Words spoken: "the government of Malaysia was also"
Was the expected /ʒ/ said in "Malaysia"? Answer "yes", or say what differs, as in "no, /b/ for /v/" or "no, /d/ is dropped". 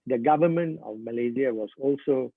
no, /z/ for /ʒ/